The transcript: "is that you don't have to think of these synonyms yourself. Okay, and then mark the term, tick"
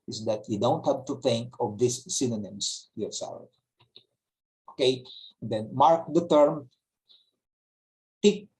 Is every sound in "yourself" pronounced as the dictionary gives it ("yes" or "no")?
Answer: no